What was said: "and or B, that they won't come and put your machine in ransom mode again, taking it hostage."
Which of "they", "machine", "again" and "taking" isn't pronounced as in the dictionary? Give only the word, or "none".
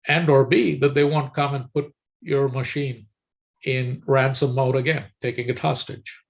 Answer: none